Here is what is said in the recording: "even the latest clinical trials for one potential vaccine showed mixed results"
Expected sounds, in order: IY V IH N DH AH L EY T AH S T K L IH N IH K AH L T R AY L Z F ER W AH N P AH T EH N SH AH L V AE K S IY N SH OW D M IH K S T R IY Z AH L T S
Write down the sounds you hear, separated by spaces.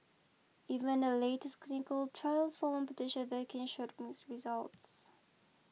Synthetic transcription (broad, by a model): IY V IH N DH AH L EY T AH S T K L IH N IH K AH L T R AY L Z F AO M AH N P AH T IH SH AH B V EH K IY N SH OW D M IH S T R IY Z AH L T S